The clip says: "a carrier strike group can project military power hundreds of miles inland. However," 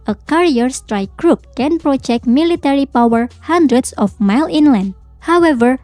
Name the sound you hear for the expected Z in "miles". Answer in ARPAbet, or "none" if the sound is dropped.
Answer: none